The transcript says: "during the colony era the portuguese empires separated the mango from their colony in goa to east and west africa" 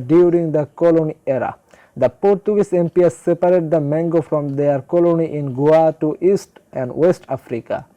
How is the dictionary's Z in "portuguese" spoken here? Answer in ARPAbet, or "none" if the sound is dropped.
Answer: S